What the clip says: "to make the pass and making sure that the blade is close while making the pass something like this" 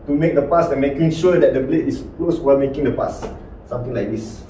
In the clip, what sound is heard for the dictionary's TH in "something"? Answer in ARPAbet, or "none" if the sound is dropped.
T